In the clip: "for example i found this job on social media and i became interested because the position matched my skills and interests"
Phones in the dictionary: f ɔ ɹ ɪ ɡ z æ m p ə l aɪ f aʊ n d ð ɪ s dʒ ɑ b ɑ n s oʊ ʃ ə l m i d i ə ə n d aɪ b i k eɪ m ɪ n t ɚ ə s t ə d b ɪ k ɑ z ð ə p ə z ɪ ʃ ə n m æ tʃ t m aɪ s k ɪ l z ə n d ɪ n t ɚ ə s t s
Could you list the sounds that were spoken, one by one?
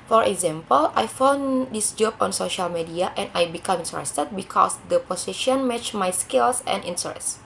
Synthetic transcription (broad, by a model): f ɔ ɹ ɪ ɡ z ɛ m p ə l aɪ f aʊ n d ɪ s dʒ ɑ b ɑ n s oʊ ʃ ə l m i d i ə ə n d aɪ b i k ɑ m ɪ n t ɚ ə s t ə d b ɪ k ɑ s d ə p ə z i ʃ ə n m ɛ tʃ m aɪ s k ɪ l s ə n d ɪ n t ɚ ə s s